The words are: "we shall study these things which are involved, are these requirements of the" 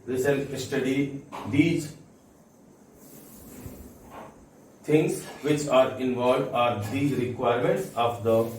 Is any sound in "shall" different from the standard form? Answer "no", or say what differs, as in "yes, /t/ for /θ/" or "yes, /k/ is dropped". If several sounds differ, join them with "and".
yes, /s/ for /ʃ/